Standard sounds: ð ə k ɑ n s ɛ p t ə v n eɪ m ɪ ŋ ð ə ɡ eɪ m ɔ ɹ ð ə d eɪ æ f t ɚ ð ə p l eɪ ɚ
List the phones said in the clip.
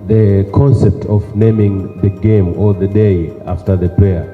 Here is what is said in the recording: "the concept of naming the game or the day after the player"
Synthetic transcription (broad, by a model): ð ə k ɑ n s ɛ p t ə v n eɪ m ɪ ŋ ð ə ɡ eɪ m ɔ l ð ə d eɪ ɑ f t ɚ ð ə p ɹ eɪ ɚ